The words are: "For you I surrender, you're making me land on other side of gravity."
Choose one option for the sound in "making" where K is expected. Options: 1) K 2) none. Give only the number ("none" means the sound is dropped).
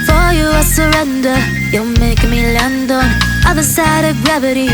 2